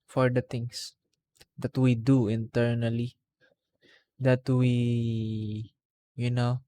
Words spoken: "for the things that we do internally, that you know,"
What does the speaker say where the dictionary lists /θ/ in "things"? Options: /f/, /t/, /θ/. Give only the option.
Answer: /t/